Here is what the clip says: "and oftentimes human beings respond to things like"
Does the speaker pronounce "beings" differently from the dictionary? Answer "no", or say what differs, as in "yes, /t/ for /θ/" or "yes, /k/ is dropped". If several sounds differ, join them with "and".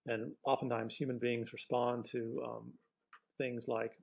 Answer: no